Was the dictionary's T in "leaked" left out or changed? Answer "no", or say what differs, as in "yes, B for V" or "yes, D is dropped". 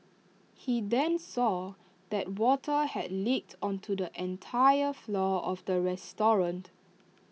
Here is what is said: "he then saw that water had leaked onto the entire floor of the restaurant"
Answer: no